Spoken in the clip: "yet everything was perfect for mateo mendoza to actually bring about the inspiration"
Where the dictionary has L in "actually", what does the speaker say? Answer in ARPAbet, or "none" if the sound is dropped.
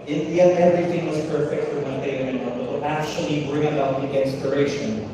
L